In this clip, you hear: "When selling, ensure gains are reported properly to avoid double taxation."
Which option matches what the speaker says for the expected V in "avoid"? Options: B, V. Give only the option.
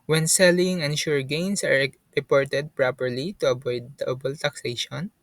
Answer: B